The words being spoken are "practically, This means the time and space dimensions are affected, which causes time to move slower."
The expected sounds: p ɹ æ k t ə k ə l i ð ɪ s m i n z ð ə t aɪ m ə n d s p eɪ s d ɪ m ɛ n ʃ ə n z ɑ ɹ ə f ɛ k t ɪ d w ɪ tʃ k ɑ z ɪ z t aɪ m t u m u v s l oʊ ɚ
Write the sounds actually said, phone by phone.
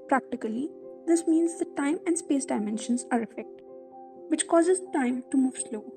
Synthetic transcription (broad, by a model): p ɹ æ k t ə k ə l i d ɪ s m i n z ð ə t aɪ m ə n d s p eɪ s d ɪ m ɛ n ʃ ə n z ɑ ɹ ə f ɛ k t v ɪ tʃ k ɑ z ɪ z t aɪ m t u m u v s l oʊ